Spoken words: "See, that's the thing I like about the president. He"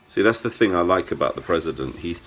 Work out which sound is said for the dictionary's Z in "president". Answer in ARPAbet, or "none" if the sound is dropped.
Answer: Z